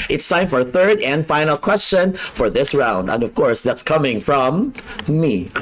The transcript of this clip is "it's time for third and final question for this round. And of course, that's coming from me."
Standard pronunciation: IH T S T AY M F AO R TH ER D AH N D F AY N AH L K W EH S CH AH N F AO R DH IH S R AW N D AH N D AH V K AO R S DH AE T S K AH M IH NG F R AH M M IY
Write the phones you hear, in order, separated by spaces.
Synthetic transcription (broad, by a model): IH T S AY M F AO R TH ER D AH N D F AY N AH L K W EH S CH AH N F AO R DH IH S R AW N D AH N D AH V K AO R S DH AE T S K AH M IH NG F R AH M M IY